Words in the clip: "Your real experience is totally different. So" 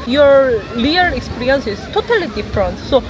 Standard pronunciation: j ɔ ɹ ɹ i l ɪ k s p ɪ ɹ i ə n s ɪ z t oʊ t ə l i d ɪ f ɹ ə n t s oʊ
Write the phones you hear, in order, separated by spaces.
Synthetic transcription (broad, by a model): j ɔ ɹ l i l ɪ k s p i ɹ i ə n s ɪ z t oʊ t ə l i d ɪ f ɹ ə n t s oʊ